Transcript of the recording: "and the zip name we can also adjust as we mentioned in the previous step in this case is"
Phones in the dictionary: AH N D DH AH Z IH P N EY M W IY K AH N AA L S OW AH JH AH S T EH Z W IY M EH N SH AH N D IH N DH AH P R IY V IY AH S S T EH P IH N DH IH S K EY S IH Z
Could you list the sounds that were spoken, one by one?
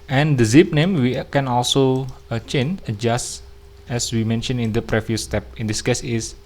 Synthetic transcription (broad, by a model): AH N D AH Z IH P N EY M W IY K AH N AA L S OW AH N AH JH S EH S W IY M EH N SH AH N IH N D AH P R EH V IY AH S S T EH P IH N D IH S K EY S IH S